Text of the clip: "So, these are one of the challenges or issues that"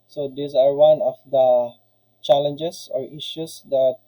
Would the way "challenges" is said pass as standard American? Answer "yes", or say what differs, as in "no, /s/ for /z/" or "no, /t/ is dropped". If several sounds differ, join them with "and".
no, /s/ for /z/